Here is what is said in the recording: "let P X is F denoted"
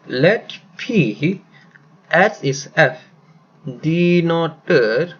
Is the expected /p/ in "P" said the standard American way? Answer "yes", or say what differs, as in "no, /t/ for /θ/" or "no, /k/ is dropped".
yes